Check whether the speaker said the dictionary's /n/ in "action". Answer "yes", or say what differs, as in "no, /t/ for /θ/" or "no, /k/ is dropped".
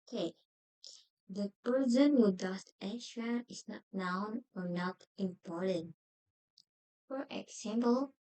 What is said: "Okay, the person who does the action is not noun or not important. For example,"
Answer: no, /n/ is dropped